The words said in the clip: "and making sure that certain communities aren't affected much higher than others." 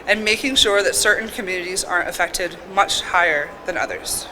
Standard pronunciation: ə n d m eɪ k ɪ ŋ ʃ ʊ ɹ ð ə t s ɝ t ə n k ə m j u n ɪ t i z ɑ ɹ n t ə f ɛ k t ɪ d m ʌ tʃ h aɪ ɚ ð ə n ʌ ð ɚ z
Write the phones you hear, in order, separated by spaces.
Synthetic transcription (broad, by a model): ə n m eɪ k ɪ ŋ ʃ ʊ ɹ ð ə t s ɝ t n k ə m j u n ɪ t i z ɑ ɹ t ə f ɛ k t ɪ d m ʌ tʃ h aɪ ɚ ð ə n ʌ ð ɚ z